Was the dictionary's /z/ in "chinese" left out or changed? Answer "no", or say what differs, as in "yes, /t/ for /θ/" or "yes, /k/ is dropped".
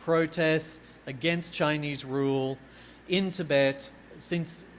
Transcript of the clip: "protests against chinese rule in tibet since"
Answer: no